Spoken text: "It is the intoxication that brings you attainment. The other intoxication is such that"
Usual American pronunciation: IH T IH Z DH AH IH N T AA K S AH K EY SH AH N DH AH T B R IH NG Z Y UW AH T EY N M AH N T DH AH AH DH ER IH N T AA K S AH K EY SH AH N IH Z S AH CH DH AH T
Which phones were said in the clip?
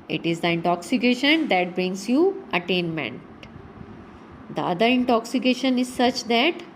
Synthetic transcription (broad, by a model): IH T IH Z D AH IH N T AA K S AH K EY SH AH N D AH T B R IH NG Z Y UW AH T EY N M AH N T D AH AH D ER IH N T AA K S AH K EY SH AH N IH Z S AH CH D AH T